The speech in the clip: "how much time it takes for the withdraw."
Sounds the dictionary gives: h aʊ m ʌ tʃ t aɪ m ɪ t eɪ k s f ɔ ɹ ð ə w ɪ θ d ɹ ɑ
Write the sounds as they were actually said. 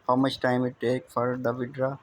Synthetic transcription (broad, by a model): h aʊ m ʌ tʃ t aɪ m ɪ t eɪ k f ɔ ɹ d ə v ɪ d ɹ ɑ